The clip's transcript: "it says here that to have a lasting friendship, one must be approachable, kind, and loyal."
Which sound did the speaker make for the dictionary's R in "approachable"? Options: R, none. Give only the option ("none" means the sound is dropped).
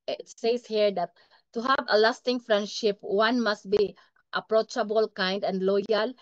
R